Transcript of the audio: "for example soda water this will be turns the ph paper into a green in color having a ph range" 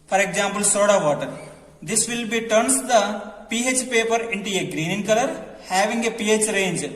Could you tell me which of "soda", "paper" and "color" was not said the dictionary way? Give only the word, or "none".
none